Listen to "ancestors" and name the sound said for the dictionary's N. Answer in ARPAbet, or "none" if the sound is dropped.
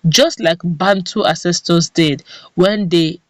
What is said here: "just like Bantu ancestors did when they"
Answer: none